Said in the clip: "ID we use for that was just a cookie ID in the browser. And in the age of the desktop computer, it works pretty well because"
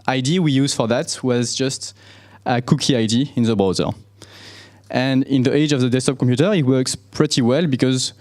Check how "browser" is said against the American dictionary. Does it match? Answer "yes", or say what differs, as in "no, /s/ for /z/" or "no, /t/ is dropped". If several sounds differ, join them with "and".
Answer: no, /ɹ/ is dropped